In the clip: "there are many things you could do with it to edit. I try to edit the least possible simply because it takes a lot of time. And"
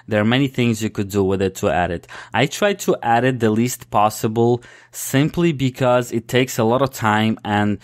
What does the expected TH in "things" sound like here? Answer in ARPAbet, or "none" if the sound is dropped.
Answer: TH